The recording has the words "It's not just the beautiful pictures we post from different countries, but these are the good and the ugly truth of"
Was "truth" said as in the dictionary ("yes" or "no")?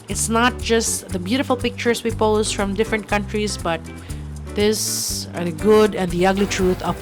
no